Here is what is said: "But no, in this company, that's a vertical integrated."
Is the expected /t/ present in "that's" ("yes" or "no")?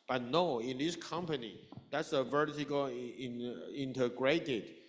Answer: yes